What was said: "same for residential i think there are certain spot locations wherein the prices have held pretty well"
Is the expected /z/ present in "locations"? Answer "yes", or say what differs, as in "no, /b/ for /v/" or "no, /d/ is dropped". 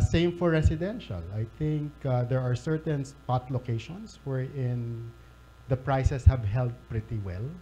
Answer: no, /s/ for /z/